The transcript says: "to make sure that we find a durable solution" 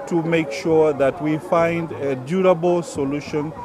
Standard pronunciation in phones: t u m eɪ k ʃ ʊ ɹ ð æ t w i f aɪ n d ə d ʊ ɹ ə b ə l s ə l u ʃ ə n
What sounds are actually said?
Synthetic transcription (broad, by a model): t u m eɪ k ʃ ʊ ɹ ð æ t w i f aɪ n d ə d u ɹ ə b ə l s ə l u ʃ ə n